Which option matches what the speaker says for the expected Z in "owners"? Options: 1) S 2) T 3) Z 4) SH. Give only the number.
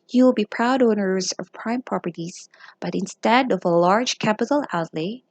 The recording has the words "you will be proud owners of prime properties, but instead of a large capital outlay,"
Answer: 3